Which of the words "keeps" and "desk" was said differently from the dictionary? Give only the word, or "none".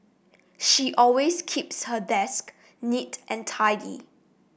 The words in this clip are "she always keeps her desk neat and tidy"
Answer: none